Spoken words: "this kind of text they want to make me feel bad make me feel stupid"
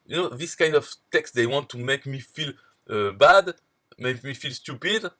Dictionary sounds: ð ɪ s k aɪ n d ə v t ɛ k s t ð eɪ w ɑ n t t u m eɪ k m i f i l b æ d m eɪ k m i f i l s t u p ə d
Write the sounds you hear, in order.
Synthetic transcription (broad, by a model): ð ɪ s k aɪ n d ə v t ɛ k s t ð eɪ w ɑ n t t u m eɪ k m i f i l b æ d m eɪ k m i f i l s t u p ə d